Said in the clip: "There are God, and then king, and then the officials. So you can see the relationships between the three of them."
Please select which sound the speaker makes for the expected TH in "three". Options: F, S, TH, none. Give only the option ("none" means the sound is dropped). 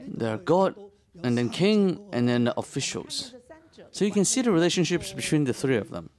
TH